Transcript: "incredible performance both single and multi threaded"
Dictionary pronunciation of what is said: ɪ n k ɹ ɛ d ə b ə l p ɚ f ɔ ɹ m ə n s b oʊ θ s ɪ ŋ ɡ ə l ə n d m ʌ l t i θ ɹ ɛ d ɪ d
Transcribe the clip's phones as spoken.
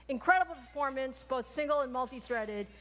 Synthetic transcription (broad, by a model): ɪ n k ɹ ɛ d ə b l p ɚ f ɔ ɹ m ə n s b oʊ θ s ɪ ŋ ɡ l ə n m ʌ l t i θ ɹ ɛ d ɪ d